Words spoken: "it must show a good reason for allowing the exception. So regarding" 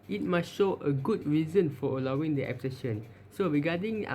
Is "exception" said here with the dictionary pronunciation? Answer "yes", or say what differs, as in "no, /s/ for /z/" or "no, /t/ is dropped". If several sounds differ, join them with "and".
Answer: no, /p/ is dropped